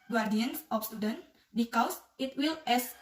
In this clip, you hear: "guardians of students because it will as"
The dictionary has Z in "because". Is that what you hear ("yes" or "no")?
no